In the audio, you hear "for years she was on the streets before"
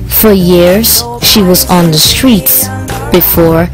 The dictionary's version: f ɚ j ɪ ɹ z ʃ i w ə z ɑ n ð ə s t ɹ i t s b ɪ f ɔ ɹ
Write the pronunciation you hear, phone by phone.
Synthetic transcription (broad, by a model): f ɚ j ɪ ɹ z ʃ i w ə z n ð ə s t ɹ i t s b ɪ f ɔ ɹ